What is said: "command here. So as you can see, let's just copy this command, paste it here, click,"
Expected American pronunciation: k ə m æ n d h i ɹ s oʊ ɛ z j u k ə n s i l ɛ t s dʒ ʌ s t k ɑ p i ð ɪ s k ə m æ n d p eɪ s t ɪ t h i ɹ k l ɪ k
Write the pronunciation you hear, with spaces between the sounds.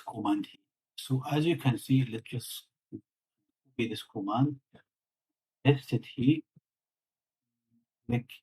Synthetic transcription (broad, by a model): k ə m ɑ n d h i s oʊ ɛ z j u k ə n s i l ɛ t s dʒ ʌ s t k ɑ b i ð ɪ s k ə m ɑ n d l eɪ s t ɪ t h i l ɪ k